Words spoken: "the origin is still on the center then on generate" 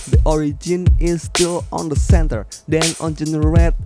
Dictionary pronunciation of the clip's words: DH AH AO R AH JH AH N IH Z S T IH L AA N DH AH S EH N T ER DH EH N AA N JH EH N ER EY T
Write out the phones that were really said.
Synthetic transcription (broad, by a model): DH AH AO R AH JH AH N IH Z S T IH L AA N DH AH S EH N T ER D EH N AA N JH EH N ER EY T